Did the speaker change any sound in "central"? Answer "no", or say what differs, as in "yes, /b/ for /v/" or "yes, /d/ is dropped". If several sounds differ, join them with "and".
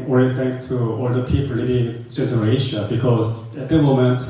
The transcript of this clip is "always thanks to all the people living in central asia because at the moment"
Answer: yes, /n/ is dropped and /ɹ/ is dropped